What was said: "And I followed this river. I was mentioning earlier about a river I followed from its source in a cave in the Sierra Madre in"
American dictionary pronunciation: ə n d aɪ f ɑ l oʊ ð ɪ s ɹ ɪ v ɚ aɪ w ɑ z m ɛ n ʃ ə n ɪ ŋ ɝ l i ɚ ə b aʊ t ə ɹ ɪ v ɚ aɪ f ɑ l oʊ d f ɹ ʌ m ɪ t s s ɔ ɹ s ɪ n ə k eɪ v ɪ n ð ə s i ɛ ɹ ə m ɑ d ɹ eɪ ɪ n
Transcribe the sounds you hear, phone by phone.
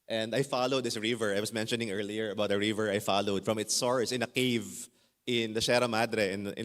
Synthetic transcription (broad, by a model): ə n d aɪ f ɑ l oʊ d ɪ s ɹ ɪ v ɚ aɪ w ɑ s m ɛ n ʃ ə n ɪ ŋ ɝ l i ɚ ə b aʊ t ə ɹ ɪ v ɚ aɪ f ɑ l oʊ d f ɹ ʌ m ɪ t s s ɔ ɹ s ɪ n ə k eɪ v ɪ n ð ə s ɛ ɹ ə m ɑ d ɹ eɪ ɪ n